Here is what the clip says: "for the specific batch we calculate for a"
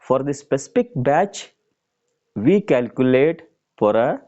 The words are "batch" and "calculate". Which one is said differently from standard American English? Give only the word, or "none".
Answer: none